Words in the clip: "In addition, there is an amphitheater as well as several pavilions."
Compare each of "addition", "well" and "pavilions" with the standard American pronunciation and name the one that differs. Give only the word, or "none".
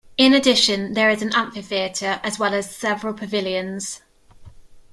none